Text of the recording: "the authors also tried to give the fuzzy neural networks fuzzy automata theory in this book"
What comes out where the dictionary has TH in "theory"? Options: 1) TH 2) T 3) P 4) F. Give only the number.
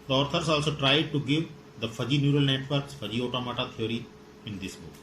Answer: 2